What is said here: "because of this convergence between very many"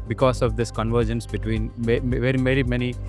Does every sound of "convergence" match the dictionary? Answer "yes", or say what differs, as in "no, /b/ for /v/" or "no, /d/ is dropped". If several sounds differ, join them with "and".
yes